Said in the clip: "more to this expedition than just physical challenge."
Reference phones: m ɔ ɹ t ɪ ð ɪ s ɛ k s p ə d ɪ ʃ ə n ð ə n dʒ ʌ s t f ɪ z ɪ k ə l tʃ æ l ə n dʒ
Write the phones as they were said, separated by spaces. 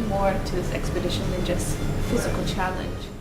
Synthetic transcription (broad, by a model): m ɔ ɹ t ɪ ð ɪ s ɛ k s p ə d ɪ ʃ ə n ð ə n dʒ ʌ s t f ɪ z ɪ k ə l tʃ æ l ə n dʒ